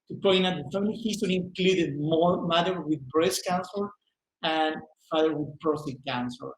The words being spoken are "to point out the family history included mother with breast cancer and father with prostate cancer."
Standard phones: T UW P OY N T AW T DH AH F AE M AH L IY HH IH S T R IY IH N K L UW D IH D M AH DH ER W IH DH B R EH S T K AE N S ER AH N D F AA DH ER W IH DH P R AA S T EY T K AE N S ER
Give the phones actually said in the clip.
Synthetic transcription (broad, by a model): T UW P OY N AW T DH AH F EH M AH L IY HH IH S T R IY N K L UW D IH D M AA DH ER W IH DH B R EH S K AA N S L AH N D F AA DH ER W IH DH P R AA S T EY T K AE N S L